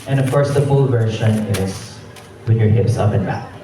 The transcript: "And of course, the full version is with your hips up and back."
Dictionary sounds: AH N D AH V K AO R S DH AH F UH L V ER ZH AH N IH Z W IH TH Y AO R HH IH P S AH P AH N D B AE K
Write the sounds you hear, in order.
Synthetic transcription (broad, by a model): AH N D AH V K AO R S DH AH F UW L V ER SH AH N IH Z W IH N Y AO R HH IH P S AH P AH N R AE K